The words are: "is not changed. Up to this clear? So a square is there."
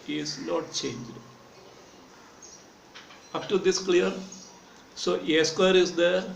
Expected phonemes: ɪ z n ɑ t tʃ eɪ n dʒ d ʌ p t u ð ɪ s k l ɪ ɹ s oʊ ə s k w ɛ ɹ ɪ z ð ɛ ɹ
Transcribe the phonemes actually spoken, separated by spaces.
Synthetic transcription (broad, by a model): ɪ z n ɑ t tʃ eɪ n dʒ d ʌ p t u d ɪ s k l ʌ ɹ s oʊ ə s k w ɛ ɹ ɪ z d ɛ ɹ